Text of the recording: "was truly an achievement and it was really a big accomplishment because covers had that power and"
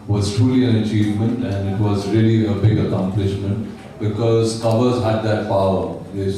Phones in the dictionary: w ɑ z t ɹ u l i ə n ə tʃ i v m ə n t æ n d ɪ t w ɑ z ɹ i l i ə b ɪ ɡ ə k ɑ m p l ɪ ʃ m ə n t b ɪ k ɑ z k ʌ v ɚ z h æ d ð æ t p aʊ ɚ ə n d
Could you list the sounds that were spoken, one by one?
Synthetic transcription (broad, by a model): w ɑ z t ɹ u l i ə n ə tʃ i v m ə n t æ n d ɪ t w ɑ z ɹ i l i ə b ɪ ɡ ə k ɑ m p l ɪ ʃ m ə n t b ɪ k ɑ z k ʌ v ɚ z h æ d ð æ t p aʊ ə